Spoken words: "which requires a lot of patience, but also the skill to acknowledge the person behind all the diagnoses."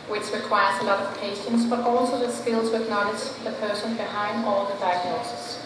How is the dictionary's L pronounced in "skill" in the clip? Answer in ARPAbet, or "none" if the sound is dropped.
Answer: L